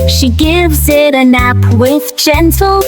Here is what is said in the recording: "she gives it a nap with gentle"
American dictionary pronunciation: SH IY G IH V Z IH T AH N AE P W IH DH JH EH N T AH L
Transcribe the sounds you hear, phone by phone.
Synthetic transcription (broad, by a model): SH IY G IH V Z IH T AH N AE P W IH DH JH EH N T L